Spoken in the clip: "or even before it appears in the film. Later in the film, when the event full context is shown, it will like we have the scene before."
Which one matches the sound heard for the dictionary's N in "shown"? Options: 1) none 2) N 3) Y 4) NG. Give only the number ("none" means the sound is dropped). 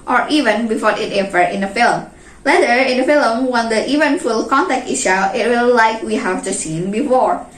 1